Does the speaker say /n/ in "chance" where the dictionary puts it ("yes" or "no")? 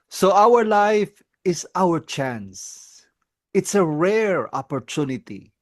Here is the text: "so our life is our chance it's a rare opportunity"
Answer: yes